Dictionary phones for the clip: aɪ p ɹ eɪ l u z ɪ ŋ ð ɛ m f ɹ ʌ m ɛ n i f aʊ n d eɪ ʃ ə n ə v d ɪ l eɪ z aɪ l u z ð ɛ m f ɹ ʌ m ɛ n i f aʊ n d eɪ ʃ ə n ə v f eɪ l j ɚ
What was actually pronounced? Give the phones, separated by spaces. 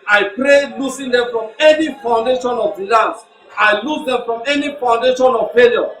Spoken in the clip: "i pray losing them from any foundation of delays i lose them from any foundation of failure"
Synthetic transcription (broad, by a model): aɪ p ɹ eɪ l u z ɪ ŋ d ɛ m f ɹ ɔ m ɛ n i f aʊ n d eɪ ʃ ə n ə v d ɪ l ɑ s aɪ l u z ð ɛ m f ɹ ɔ m ɛ n i f aʊ n d eɪ ʃ ə n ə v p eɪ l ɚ